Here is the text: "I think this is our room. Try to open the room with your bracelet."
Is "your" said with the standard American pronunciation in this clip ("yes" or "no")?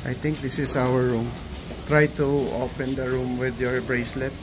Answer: yes